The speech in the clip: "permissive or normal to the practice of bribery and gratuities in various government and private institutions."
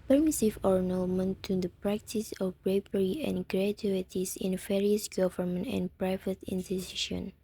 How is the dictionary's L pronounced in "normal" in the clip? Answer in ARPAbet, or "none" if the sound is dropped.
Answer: N